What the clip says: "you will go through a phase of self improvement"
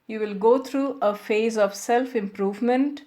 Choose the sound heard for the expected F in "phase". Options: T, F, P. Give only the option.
F